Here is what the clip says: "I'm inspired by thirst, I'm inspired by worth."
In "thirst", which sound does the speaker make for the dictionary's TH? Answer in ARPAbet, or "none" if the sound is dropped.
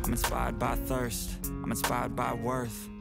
TH